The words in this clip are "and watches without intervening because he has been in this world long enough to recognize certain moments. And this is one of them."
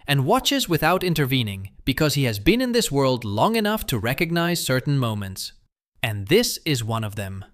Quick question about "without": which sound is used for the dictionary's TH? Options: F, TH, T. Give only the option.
TH